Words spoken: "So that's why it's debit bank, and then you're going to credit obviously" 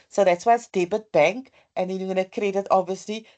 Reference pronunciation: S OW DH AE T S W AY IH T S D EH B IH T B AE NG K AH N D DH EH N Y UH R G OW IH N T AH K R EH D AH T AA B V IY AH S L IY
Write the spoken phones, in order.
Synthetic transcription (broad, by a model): S OW DH AE T S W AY IH T S D EH B IH T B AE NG K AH N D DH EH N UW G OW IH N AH K R EH D AH T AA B V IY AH S L IY